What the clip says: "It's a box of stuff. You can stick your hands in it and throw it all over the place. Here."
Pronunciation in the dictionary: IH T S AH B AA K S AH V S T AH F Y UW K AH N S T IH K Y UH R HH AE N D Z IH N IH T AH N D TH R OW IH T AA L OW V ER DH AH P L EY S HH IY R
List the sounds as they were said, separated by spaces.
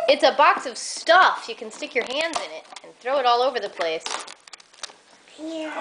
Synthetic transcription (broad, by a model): IH T S AH B AA K S AH V S T AH F Y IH K N S T IH K Y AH R HH AE N D Z IH N IH T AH N TH R OW IH T AA L OW V ER DH AH P L EY S